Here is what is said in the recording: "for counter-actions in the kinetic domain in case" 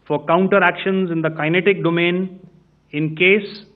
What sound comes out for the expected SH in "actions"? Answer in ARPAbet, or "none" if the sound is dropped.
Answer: SH